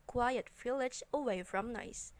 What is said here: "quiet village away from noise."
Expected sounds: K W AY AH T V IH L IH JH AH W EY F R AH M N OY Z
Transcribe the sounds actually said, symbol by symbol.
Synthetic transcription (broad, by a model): K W AY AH T F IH L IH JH AH W EY F R AH M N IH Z